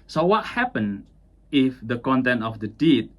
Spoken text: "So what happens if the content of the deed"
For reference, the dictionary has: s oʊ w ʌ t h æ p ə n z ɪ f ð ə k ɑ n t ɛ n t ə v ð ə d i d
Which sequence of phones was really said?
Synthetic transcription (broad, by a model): s oʊ w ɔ t h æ p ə n ɪ f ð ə k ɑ n t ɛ n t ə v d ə d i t